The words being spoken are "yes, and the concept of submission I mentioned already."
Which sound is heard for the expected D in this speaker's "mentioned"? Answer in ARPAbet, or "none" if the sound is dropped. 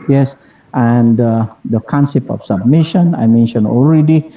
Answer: none